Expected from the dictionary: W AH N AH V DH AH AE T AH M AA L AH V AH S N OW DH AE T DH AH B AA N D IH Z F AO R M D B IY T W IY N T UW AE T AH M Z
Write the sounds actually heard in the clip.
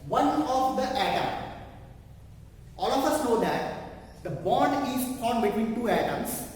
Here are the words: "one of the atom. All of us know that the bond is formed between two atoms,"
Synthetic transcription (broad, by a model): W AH N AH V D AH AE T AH M AA L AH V AH S N OW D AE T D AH B AA N D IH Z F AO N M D B IY T W IY N T UW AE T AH M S